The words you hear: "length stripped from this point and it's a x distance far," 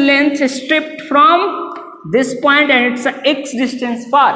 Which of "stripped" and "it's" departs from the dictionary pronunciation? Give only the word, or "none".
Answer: none